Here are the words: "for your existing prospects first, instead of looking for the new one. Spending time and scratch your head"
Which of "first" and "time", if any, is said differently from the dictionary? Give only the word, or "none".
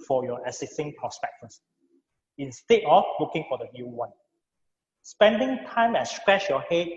first